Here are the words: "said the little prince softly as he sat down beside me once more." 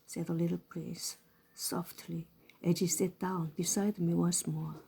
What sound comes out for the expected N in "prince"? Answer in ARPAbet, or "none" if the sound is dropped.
none